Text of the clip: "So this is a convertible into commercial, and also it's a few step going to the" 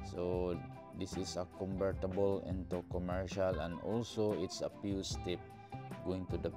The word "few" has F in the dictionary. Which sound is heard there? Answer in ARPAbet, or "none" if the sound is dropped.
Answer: P